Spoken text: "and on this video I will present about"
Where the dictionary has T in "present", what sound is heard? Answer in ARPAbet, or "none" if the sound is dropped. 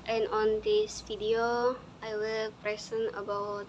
none